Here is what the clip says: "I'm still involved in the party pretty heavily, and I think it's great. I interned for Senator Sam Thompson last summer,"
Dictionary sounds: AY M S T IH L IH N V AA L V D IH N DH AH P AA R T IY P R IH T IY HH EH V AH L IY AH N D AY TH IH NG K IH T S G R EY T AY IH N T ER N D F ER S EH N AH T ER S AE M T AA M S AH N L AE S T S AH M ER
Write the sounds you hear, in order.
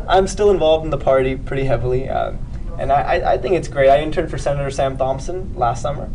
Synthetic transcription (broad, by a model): AY M S T IH L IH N V AA L V D N DH AH P AA R T IY P R IH T IY HH EH V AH N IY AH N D AY TH IH NG K IH T S G R EY T AY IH N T ER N F ER S EH N AH T ER S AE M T AA M S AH N L AE S T S AH M ER